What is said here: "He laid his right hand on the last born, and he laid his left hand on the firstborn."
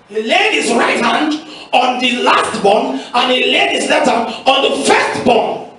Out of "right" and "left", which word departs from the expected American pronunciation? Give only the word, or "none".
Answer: left